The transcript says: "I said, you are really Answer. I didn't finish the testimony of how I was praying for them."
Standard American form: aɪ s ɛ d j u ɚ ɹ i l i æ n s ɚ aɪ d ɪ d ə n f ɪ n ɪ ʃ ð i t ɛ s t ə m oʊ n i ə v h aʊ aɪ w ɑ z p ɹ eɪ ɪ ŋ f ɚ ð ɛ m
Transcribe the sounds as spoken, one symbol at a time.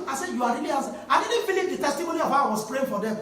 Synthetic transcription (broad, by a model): aɪ s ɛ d j u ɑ ɹ i l i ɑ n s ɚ aɪ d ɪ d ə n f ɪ l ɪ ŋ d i t ɛ s t ə m oʊ n i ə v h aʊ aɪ w ɑ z p ɹ eɪ ɪ ŋ f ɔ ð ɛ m